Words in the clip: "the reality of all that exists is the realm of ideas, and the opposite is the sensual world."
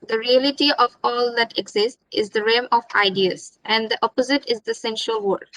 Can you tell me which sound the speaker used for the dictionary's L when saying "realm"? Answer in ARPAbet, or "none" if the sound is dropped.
none